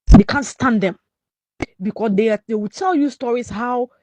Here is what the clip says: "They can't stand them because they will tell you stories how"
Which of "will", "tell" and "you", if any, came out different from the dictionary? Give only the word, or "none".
will